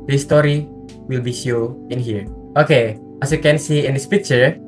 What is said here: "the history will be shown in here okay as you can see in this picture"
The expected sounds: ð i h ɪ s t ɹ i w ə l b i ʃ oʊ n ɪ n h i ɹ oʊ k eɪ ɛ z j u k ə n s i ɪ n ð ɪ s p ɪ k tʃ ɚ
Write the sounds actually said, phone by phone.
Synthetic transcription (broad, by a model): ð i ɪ s t ɹ i w ə l b i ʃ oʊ ɪ n h i ɹ oʊ k eɪ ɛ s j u k ə n s i ɪ n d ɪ s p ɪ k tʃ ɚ